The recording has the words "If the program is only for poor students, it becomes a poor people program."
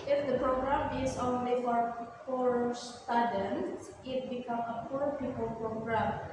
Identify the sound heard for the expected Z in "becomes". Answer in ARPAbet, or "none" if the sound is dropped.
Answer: none